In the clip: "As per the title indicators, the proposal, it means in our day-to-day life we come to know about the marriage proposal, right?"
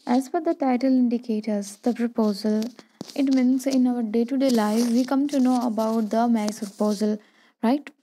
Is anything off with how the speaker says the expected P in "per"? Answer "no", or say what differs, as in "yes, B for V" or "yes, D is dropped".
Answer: yes, F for P